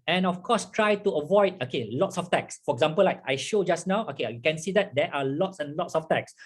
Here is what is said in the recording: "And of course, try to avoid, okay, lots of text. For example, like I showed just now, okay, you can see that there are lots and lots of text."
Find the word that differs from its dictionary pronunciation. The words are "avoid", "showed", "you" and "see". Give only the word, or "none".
none